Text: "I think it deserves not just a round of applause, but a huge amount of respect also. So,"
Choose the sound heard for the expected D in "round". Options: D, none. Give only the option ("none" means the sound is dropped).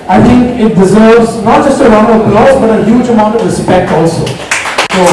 none